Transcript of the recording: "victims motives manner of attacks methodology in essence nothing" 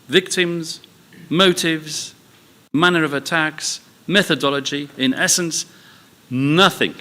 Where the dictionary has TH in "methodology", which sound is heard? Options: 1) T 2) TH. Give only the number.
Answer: 2